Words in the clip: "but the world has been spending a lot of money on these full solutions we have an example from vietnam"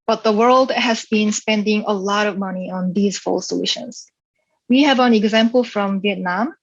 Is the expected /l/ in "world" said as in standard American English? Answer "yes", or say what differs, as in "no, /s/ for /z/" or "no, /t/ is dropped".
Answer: yes